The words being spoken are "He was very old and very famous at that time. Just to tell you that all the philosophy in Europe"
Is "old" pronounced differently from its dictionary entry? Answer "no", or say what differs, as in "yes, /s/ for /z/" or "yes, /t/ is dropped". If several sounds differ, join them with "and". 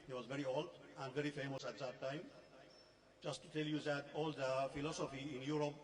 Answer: yes, /d/ is dropped